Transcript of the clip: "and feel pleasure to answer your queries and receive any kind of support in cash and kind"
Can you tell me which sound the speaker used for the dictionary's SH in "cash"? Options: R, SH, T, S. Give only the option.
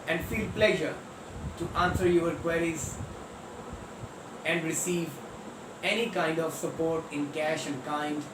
SH